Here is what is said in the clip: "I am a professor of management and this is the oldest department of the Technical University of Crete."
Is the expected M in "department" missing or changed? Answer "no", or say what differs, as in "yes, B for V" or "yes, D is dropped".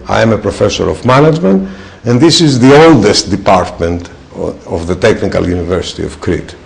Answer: no